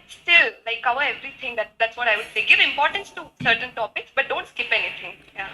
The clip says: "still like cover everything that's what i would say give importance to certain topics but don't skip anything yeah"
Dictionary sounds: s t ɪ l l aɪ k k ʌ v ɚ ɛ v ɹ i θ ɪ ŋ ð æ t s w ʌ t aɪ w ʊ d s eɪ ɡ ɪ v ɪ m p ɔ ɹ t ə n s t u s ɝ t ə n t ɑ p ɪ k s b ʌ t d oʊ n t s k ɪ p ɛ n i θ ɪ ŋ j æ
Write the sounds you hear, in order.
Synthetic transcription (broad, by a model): s t ɪ l l aɪ k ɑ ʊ ɚ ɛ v ɹ i t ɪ ŋ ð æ t s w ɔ t aɪ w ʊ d s eɪ ɡ ɪ v ɪ m p ɔ ɹ t ə n s t u s ɝ t ə n t ɑ p ɪ k s b ʌ t d oʊ n t s k ɪ p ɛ n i t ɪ ŋ j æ